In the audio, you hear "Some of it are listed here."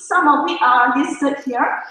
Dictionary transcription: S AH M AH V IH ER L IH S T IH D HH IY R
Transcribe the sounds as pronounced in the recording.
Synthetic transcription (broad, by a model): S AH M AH W IH ER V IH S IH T HH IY R